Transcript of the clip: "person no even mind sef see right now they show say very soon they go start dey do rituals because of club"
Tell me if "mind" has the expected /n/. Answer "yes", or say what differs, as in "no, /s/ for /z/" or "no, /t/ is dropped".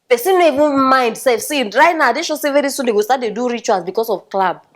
yes